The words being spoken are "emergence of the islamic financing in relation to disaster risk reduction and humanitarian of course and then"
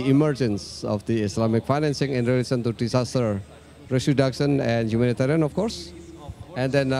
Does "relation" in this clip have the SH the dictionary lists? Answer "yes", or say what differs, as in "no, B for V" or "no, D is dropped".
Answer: no, S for SH